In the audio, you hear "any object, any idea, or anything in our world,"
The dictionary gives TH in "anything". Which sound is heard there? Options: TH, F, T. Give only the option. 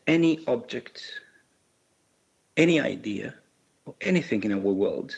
TH